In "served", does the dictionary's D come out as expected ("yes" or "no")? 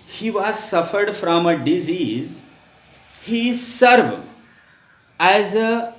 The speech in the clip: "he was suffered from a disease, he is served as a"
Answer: no